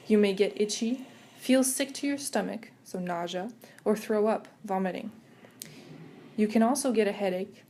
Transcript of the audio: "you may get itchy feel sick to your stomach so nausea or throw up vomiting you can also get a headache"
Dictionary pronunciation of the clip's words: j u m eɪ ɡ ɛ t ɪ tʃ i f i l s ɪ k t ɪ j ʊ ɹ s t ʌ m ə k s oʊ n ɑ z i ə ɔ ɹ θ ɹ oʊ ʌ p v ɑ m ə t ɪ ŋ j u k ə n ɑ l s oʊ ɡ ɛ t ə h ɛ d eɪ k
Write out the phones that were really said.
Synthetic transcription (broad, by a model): j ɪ m eɪ ɡ ɛ t ɪ tʃ i f i l s ɪ k t ɪ j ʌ ɹ s t ʌ m ə k s oʊ n ɑ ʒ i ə ɹ θ ɹ oʊ ʌ p v ɑ m ə t ɪ ŋ j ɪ k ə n ɑ l s oʊ ɡ ɛ t ə h ɛ d eɪ k